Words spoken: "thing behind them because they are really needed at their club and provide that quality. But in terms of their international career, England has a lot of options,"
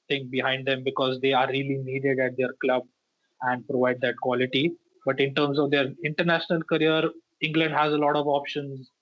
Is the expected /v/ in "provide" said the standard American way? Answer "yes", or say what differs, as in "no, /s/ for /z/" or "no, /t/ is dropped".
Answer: yes